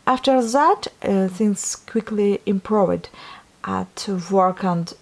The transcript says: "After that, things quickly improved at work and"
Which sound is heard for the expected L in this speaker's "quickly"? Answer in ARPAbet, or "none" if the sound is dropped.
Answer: L